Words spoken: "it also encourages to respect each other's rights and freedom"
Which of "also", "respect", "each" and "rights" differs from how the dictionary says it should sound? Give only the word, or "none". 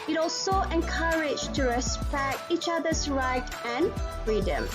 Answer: rights